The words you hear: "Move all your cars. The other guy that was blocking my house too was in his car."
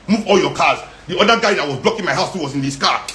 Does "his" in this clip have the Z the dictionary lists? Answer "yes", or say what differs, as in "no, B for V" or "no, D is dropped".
no, S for Z